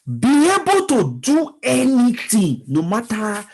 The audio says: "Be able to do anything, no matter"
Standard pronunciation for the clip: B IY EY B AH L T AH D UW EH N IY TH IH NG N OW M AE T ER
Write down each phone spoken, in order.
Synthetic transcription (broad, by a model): B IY EY B AH L T AH D UW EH N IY T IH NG N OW M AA T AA